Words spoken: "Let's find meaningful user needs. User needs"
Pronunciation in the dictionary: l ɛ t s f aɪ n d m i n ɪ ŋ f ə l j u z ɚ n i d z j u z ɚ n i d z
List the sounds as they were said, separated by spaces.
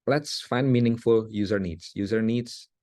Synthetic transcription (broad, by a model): l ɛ t s f aɪ n d m i n ɪ ŋ f ə l j u z ɚ n i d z j u z ɚ n i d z